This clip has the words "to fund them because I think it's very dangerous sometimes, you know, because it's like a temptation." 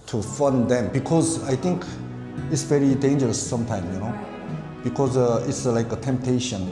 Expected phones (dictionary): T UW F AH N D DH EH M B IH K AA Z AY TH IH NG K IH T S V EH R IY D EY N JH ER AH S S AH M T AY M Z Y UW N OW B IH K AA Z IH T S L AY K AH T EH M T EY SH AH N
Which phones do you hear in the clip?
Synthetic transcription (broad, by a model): T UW F AH N D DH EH M B IH K AA Z AY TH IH NG K IH T S V EH R IY D EY N JH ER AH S S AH M T AY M Y UW N OW B IH K AA Z IH T S L AY K AH T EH M T EY SH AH N